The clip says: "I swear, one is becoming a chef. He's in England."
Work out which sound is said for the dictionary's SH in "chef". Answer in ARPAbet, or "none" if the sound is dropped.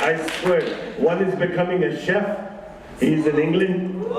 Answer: SH